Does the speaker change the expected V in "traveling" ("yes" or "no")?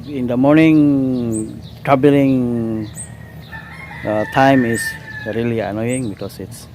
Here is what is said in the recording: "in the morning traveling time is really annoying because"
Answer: yes